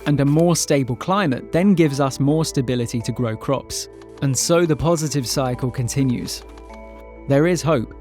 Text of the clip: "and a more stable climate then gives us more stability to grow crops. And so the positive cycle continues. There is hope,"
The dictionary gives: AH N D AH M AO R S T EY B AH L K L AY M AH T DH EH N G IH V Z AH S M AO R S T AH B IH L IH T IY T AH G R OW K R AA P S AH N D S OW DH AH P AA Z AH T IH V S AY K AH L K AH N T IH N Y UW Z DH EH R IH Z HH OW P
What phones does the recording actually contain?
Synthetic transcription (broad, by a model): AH N AH M AO S T EY B AH L K L AY M AH T DH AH N G IH V Z AH S M AO S T AH B IH L IH T IY T AH G R OW K R AA P S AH N S OW DH AH P AA Z AH T IH V S AY K AH L K AH N T IH N Y UW Z DH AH R IH Z HH OW P